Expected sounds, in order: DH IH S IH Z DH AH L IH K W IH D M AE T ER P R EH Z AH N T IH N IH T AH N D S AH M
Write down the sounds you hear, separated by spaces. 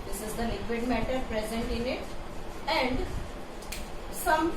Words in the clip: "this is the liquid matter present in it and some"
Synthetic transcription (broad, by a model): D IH S IH Z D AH N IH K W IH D M AE T ER P R EH Z AH N T IH N IH T AH N D S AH M